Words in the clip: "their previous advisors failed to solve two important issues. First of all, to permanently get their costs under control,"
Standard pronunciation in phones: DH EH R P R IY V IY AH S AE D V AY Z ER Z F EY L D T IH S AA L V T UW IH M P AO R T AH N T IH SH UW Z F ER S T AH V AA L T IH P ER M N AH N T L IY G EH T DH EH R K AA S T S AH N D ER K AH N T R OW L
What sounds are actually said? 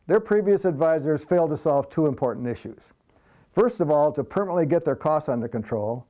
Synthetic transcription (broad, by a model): DH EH R P R IY V IY AH S AE D V AY Z ER Z F EY L D T IH S AA L V T UW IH M P AO R T N T IH SH UW Z F ER S T AH V AA L T IH P ER M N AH T L IY G EH T DH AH R K AA S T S AH N D ER K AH N T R OW L